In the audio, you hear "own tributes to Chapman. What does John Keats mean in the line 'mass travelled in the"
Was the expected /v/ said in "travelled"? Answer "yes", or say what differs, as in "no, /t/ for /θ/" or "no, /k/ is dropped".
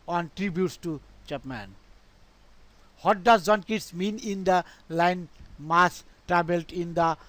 no, /b/ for /v/